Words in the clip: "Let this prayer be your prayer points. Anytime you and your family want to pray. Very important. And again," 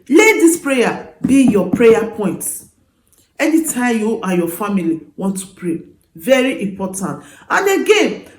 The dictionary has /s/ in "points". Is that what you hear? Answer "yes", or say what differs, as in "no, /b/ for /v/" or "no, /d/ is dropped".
no, /s/ is dropped